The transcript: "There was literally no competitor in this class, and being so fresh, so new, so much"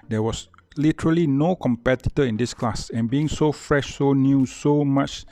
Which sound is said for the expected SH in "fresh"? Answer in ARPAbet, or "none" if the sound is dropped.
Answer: SH